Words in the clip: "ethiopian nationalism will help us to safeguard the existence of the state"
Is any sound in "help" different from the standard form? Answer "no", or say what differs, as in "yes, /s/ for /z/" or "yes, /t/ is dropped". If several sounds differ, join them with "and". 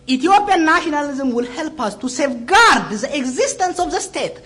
no